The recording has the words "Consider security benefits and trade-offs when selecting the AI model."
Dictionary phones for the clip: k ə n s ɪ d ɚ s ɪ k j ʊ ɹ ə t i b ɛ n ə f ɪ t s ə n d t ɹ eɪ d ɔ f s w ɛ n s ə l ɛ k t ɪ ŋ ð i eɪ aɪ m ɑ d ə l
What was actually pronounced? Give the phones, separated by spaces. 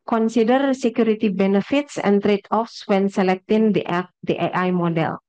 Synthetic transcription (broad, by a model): k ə n s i d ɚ s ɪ k j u ɹ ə t i b ɛ n ə f ɪ t s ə n t ɹ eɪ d ɔ f s w ɛ n s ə l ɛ k t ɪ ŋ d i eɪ aɪ m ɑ d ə l